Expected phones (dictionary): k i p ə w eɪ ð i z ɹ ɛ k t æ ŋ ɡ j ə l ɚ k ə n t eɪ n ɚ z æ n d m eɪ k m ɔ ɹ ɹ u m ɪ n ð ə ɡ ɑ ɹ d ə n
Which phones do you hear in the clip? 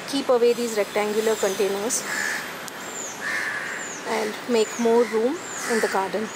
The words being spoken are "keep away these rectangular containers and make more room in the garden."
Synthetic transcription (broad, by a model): k i p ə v eɪ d i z ɹ ɛ k t æ ŋ ɡ j ə l ɚ k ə n t eɪ n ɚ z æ n d m eɪ k m ɔ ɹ ɹ u m ɪ n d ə ɡ ɑ ɹ d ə n